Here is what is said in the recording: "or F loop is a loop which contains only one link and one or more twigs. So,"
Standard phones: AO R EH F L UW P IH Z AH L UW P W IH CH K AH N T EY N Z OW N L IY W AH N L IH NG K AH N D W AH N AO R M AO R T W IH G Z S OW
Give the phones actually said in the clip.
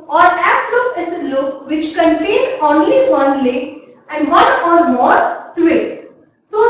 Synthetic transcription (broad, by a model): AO R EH P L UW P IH S AH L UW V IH CH K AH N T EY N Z OW N L IY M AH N L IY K AH N D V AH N AO R M AO R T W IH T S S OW